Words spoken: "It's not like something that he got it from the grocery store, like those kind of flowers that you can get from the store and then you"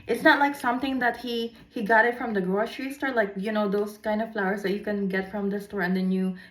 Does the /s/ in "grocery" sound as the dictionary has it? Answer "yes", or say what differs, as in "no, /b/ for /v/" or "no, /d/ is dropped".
no, /ʃ/ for /s/